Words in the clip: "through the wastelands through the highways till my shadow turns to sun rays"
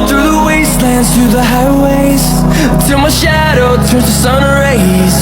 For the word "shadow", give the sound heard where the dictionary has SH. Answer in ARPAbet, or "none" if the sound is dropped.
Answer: SH